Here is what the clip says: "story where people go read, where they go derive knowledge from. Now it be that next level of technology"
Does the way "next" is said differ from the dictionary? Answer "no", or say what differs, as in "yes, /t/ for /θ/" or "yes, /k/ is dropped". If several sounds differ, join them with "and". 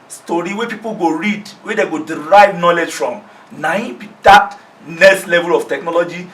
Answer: yes, /k/ is dropped